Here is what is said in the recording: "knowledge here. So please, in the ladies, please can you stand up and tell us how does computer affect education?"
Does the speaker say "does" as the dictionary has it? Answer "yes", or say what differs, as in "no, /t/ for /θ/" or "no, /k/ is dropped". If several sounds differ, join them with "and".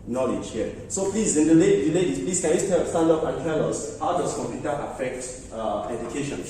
no, /s/ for /z/